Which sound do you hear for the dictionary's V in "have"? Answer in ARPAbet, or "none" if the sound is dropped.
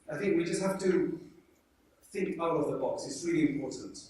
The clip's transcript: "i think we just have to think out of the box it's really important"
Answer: F